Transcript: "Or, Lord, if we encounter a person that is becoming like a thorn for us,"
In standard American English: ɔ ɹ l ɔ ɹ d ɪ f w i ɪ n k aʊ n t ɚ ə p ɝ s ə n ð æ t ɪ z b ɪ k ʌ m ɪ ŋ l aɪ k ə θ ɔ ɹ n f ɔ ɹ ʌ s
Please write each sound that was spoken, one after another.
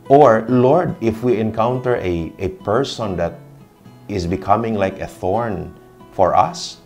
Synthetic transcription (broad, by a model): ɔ ɹ l ɔ ɹ d ɪ f w i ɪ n k aʊ n t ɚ ə p ɝ s ə n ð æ t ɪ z b ɪ k ʌ m ɪ ŋ l aɪ k ə θ ɔ ɹ n f ɔ ɹ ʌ s